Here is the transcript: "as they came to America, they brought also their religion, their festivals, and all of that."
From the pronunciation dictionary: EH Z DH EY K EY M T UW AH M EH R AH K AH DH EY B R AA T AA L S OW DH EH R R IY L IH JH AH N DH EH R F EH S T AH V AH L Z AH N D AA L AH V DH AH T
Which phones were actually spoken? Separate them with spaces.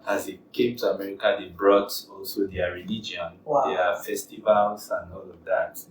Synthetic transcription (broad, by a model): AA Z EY K EY M T UW AH M EH R AH K AH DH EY B R AA T AA L S OW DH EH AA R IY L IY JH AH N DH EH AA F EH S T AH V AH L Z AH N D AA L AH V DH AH T